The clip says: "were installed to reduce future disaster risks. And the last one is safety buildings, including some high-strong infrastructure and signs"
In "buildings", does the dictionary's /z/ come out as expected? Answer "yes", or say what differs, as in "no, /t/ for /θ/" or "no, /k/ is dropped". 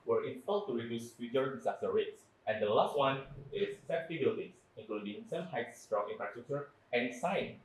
no, /s/ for /z/